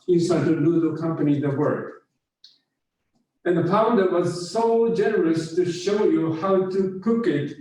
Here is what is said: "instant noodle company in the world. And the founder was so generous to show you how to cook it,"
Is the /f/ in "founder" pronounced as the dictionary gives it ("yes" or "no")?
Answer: no